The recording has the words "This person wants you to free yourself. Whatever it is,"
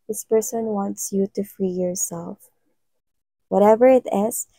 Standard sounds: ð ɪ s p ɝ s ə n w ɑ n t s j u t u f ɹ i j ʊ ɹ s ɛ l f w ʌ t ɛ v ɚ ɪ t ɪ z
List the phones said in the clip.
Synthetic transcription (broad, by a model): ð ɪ s p ɝ s ə n w ɑ n t s j u t u f ɹ i j ʊ ɹ s ɛ l f w ʌ t ɛ v ɚ ɪ t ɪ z